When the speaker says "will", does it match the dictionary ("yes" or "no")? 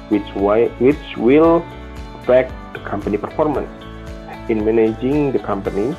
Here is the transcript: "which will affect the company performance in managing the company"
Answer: no